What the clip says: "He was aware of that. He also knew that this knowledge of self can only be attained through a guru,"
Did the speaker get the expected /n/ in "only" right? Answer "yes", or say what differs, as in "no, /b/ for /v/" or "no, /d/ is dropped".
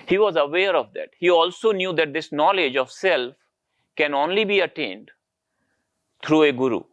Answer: yes